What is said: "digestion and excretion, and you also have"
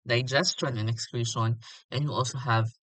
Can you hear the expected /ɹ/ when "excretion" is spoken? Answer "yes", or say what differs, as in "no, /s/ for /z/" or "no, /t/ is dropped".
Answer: no, /l/ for /ɹ/